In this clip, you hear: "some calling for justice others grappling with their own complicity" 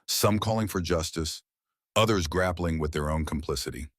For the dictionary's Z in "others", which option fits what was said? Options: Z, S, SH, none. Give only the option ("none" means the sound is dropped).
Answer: Z